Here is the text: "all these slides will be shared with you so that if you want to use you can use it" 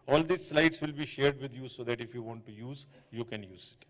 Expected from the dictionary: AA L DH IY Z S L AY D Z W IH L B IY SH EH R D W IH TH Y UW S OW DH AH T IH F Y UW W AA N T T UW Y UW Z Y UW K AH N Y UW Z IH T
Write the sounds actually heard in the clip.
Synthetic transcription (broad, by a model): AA L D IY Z S L AY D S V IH L B IY SH EH R D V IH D Y UW S OW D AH T IH F Y UW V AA N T T UW Y UW Z Y UW K AH N Y UW Z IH T